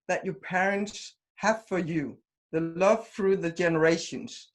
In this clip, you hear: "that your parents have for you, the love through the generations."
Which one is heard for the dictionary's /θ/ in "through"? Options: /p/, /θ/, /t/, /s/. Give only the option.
/θ/